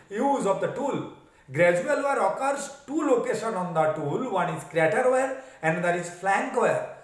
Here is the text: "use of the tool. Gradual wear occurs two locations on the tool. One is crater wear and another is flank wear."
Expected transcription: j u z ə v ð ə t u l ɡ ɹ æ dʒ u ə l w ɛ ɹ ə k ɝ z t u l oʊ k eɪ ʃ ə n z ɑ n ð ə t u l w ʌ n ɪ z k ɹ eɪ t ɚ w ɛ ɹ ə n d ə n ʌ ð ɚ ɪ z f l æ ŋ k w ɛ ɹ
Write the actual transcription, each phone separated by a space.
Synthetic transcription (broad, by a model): j u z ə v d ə t u l ɡ ɹ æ dʒ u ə l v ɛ ɹ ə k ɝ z t u l oʊ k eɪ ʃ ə n ɑ n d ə t u l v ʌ n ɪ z k ɹ eɪ t ɚ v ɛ ɹ ə n d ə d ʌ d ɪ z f l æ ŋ k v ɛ ɹ